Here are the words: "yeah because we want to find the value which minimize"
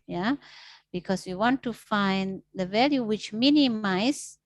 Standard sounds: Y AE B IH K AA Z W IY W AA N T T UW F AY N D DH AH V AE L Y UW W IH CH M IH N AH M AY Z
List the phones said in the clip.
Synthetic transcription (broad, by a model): Y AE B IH K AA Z W IY W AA N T T UW F AY N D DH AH V AE L Y UW W IH CH M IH N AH M AY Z